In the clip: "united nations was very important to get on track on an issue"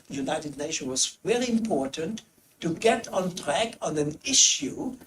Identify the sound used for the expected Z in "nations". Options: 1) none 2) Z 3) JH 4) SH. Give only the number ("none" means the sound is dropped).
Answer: 1